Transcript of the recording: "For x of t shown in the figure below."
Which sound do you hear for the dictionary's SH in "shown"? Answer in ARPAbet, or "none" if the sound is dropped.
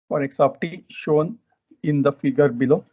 SH